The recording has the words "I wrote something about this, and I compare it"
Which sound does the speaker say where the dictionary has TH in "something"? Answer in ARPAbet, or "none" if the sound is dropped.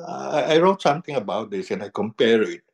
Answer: T